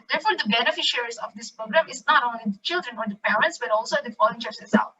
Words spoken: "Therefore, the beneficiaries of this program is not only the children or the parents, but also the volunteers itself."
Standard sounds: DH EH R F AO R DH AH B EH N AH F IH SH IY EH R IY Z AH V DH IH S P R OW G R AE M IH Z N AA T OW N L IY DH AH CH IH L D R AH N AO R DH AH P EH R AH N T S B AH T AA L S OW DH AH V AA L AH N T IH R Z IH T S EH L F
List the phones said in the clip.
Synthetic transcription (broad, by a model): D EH R F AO R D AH B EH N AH F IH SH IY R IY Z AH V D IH S P R OW G R AE M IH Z N AA T OW N L IY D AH CH IH L D R AH N AO R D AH P EH R AH N T S B AH T AA L S OW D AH F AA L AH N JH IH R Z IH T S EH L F